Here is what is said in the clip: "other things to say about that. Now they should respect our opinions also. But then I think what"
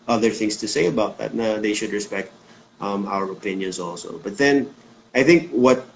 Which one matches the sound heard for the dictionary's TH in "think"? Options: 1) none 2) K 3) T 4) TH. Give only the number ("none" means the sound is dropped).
4